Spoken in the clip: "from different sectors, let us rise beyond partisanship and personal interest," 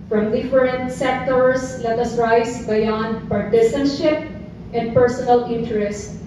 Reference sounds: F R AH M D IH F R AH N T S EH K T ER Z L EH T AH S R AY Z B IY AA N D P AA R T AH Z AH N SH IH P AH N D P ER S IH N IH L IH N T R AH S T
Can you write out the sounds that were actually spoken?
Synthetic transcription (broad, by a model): F R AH M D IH F R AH N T S EH K T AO S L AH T AH S R AY S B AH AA N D P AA R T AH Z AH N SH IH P AH N D P ER S IH N IH L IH N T R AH S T